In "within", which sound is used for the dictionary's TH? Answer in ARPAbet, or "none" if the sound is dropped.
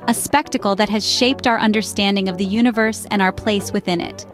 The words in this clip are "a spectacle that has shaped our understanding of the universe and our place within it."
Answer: TH